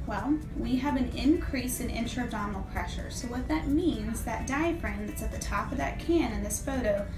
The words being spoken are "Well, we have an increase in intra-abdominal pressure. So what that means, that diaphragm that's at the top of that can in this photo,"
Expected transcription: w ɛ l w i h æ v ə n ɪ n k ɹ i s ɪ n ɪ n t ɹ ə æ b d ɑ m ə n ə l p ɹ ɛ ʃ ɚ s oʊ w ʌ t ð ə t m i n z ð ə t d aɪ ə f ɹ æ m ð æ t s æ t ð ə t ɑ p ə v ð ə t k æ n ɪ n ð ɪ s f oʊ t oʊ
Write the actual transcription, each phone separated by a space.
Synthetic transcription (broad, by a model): w ɛ l w i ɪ v ə n ɪ n k ɹ i s ɪ n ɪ n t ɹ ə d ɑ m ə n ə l p ɹ ɛ ʃ ɚ s oʊ w ʌ t ð ə t m i n z ð ə t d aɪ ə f ɹ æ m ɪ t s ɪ t ð ə t ɑ p ə v ð ə t k æ n ɪ n ð ɪ s f oʊ t oʊ